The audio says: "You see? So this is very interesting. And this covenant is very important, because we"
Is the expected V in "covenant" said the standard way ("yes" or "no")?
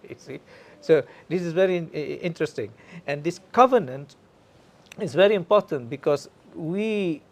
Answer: yes